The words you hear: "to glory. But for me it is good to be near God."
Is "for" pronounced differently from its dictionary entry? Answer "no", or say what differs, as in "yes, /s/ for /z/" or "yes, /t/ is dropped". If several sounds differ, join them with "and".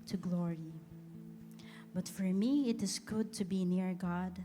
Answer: no